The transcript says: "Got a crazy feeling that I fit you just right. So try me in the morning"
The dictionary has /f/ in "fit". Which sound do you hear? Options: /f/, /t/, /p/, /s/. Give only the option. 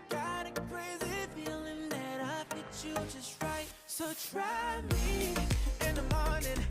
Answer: /p/